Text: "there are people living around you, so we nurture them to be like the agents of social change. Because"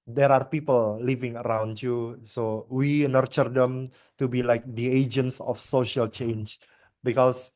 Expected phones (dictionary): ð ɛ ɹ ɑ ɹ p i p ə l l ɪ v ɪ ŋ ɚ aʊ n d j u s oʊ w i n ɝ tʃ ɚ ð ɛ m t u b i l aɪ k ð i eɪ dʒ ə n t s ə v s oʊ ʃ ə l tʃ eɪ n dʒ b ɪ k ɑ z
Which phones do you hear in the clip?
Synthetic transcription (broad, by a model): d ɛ ɹ ɑ ɹ p i p ə l l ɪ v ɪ ŋ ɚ aʊ n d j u s oʊ w i n ɝ tʃ ɚ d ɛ m t u b i l aɪ k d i eɪ dʒ ə n t s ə f s oʊ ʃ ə l tʃ eɪ n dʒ b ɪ k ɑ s